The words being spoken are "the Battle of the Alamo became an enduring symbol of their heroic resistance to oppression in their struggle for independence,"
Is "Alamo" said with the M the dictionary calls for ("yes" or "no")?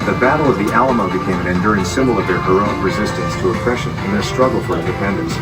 yes